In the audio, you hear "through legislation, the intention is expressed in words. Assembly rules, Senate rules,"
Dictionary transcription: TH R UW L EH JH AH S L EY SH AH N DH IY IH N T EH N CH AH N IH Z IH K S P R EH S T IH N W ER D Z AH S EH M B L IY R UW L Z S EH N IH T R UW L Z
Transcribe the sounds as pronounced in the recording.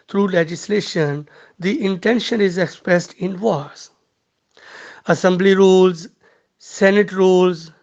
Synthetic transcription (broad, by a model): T R UW L EH JH AH S L EY SH AH N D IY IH N T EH N SH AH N IH Z IH K S P R EH S T IH N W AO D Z AH S EH M B L IY R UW L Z S EH N IH T R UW L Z